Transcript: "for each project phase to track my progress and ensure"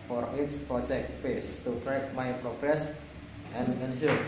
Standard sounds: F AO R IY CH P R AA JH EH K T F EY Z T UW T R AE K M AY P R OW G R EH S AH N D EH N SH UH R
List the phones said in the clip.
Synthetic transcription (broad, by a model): F AO R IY S P R AA JH EH K T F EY S T UW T R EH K M AY P R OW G R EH S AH N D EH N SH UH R